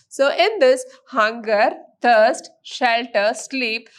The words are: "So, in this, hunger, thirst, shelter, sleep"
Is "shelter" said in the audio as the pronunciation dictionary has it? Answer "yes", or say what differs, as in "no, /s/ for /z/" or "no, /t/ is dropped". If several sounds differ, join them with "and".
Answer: yes